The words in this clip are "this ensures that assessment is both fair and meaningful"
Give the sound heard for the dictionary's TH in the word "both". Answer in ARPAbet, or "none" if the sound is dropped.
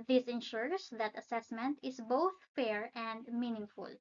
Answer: TH